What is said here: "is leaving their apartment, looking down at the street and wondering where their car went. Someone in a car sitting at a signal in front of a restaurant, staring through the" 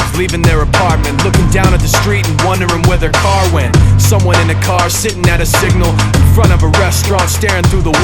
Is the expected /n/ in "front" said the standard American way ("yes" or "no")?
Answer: no